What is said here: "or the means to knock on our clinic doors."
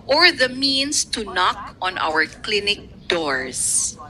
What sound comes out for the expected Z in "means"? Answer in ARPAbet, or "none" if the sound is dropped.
S